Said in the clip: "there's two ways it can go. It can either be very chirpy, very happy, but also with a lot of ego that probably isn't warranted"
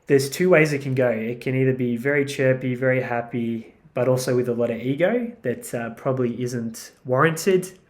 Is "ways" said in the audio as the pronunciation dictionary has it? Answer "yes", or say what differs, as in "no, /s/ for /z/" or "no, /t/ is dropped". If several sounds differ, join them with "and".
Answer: yes